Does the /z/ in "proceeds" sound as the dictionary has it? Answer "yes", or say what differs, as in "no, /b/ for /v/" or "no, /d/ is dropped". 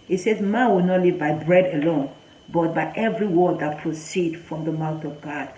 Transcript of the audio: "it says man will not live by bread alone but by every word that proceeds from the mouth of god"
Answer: no, /z/ is dropped